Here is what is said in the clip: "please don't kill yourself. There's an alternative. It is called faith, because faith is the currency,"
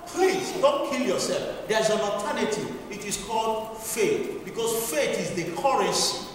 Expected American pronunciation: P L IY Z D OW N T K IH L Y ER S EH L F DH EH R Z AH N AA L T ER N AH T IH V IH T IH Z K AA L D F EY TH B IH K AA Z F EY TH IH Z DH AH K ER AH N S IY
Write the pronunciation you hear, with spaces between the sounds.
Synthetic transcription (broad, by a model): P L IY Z D OW N T K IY L Y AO S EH L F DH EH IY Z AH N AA T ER N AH T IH IH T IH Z K AA L D F EY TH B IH K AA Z F EY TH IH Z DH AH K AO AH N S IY